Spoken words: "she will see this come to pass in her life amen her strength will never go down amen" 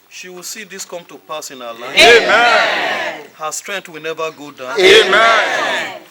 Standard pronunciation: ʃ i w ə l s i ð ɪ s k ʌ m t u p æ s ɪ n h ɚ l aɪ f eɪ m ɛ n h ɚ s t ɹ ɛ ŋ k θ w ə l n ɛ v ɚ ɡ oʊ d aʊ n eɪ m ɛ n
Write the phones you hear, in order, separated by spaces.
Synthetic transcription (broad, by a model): ʃ i w ə l s i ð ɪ s k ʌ m t u p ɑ s ɪ n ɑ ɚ l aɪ eɪ m ɛ n h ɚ s t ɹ ɛ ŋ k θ w ə l n ɛ v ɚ ɡ oʊ d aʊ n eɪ m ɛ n